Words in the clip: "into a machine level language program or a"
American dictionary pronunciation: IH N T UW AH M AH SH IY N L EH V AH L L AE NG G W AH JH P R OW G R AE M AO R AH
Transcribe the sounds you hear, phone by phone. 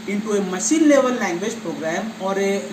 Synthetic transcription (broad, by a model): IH N T UW AH M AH S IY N L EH V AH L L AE NG G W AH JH P R OW G R AE M AO R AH